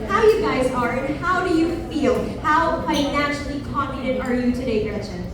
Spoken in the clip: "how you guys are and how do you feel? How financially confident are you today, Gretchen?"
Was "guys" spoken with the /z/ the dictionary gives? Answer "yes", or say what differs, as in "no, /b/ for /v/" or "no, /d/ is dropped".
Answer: yes